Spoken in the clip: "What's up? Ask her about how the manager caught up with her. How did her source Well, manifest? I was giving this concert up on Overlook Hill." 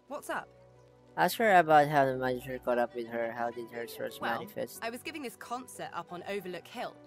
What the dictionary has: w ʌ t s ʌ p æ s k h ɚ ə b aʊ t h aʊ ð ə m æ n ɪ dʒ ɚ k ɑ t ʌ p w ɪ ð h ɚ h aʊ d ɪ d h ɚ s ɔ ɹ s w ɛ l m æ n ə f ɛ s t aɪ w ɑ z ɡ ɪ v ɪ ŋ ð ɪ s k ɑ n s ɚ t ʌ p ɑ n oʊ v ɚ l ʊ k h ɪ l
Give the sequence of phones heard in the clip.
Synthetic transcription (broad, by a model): w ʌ t s ʌ p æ s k h ɚ ə b aʊ t h aʊ ð ə m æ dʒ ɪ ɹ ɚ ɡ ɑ t ʌ p w ɪ ð h ɚ h aʊ d ɪ d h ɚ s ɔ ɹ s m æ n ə f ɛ s t aɪ w ɑ z ɡ ɪ v ɪ ŋ ð ɪ s k ɑ n s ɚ t ʌ p n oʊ v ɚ l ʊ k h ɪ l